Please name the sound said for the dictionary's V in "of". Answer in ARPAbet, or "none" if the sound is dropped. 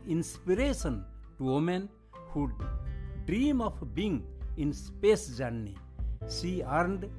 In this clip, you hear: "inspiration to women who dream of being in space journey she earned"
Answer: P